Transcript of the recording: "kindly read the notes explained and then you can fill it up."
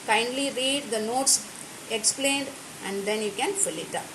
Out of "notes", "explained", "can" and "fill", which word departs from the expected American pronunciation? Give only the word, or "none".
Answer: none